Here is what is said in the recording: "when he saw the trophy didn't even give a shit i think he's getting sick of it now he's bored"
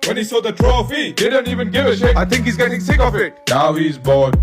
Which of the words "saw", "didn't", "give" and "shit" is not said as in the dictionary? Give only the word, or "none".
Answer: shit